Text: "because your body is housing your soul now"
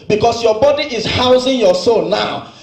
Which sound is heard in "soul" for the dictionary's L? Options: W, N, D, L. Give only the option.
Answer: N